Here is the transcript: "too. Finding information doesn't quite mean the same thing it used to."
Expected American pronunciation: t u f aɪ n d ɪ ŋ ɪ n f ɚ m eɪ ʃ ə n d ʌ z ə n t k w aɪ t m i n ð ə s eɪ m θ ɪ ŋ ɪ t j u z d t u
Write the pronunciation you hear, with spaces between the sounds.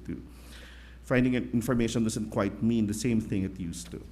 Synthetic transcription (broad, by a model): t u f aɪ n d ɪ ŋ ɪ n f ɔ m eɪ ʃ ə n d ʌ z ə n t k w aɪ t m i n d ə s eɪ m θ ɪ ŋ ɪ t j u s t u